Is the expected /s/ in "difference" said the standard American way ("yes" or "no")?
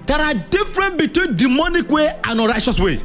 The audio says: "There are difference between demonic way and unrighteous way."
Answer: no